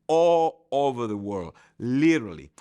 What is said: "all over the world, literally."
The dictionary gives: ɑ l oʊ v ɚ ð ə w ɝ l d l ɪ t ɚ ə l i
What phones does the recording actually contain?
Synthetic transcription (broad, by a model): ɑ l oʊ v ɚ ð ə w ɝ l d l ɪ t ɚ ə l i